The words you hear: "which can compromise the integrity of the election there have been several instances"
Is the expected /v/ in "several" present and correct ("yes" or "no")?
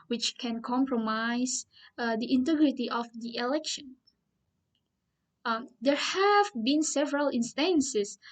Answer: yes